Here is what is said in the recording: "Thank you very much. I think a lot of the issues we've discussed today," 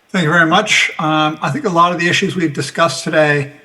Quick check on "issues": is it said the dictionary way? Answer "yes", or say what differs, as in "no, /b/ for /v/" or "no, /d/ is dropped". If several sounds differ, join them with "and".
yes